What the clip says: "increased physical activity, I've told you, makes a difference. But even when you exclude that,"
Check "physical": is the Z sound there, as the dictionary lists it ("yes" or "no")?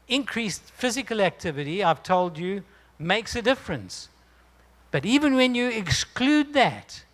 yes